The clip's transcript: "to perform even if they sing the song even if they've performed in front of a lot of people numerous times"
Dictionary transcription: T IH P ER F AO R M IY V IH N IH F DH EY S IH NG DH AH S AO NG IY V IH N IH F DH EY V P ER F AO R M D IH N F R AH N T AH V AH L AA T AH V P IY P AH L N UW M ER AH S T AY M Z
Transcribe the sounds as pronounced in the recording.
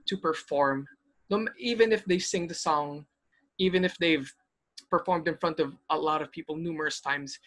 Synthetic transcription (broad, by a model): T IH P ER F AO R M IY V IH N IH F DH EY S IH NG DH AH S AO NG IY V IH N IH F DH EY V P ER F AO R M D IH N F R AH N T AH V AH L AA T AH V P IY P AH L N UW M ER AH S T AY M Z